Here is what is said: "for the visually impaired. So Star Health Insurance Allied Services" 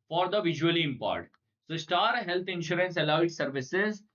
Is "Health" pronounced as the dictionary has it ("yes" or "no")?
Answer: no